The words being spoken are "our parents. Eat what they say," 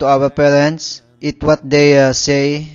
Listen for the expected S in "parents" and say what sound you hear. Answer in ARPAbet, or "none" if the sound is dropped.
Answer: S